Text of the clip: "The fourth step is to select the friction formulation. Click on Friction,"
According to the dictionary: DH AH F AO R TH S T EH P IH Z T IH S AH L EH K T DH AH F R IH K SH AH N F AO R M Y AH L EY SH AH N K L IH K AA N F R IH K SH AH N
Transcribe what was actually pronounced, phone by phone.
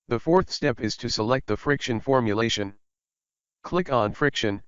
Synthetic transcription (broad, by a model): DH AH F AO R TH S T EH P IH Z T IH S AH L EH K T DH AH F R IH K SH AH N F AO R M Y AH L EY SH AH N K L IH K N F R IH K SH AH N